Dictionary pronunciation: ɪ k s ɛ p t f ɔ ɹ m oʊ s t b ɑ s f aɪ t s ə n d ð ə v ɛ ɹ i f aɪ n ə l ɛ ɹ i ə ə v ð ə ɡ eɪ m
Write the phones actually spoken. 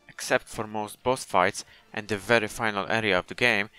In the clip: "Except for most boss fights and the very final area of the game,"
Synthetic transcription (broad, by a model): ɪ k s ɛ p t f ɔ ɹ m oʊ s t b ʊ θ f aɪ t s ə n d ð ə v ɛ ɹ i f aɪ n ə l ɛ ɹ i ə ə v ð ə ɡ eɪ m